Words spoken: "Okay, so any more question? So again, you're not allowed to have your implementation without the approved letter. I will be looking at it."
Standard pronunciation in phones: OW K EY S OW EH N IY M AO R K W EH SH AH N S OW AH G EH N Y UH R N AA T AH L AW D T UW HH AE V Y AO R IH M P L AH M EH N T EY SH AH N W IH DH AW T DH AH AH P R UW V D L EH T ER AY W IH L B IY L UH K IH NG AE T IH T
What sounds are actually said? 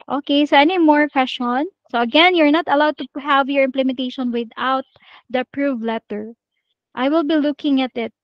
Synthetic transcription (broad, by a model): OW K EY S OW EH N IY M AO R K W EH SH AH N S OW AH G EH N Y UH R N AA T AH L AW D T UW HH AE V Y AO R IH M P L AH M EH N T EY SH AH N W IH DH AW T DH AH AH P R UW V L EH T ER AY W IH L B IY L UH K IH NG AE T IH T